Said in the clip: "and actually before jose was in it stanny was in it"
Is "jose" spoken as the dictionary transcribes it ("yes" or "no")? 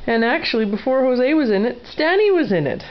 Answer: yes